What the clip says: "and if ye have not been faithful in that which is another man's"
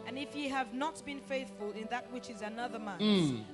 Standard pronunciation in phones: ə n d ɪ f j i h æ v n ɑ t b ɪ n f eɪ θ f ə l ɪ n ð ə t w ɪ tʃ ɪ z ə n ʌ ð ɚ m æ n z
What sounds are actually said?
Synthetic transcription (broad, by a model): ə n ɪ f j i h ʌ v n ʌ t b ɪ n f eɪ θ f ə l ɪ n ð ə t w ɪ tʃ ɪ z ə n ʌ ð ɚ m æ